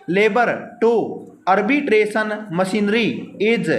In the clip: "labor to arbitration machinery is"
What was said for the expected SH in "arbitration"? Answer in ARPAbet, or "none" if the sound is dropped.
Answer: S